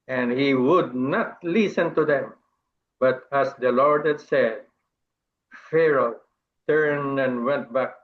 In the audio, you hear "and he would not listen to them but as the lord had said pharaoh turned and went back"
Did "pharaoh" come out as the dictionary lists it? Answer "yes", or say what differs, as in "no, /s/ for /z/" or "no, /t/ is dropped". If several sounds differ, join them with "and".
yes